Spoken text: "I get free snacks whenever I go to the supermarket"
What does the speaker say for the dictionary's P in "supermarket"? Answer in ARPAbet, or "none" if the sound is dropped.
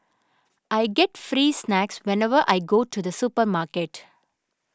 P